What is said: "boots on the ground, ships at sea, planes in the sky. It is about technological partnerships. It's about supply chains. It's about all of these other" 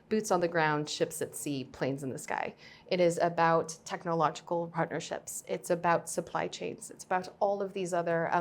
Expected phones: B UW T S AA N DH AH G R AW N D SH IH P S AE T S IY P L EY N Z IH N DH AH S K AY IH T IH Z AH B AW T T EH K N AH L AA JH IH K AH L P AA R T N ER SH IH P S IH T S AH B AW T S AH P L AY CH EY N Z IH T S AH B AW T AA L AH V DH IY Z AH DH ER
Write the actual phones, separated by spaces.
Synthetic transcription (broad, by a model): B UW T S N DH AH G R AW N D SH IH P S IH T S IY P L EY N Z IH N DH AH S K AY IH T IH Z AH B AW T T EH K N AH L AA JH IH K L P AA R T N ER SH IH P S IH T S AH B AW T S AH P L AY CH EY N Z IH T S AH B AW T AA L AH V DH IY Z AH DH ER